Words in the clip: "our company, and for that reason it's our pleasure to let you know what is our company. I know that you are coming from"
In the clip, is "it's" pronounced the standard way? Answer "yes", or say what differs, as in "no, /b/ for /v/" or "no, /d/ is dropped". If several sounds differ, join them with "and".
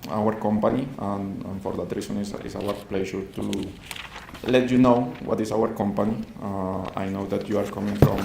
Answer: no, /s/ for /t/